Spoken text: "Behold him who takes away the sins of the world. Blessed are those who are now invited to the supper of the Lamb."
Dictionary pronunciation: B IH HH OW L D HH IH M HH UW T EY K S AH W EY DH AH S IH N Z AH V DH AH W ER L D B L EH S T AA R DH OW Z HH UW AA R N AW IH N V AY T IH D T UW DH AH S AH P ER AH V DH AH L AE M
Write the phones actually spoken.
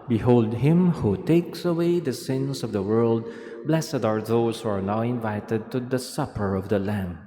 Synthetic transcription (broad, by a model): B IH HH OW L D HH IH M HH UW T EY K S AH W EY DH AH S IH N S AH V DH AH W ER L D B L EH S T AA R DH OW S HH UW AA R N AW IH N V AY T IH D T UW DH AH S AH P ER AH V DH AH L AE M